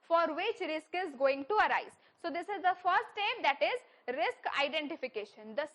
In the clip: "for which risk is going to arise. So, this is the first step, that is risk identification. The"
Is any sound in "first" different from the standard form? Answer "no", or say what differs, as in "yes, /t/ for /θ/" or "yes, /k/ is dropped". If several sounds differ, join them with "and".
yes, /s/ is dropped